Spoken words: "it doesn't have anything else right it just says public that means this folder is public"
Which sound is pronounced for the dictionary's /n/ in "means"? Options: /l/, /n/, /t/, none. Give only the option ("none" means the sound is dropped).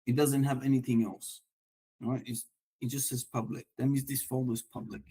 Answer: none